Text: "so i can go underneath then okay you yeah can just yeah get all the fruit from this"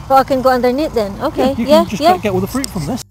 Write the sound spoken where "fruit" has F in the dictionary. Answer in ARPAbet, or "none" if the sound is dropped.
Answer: F